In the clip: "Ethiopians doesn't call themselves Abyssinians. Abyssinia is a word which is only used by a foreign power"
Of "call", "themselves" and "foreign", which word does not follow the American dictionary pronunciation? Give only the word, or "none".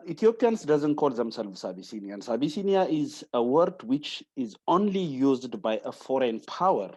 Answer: themselves